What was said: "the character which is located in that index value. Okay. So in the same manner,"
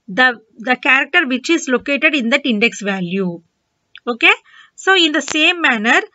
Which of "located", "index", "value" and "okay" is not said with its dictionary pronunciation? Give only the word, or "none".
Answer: none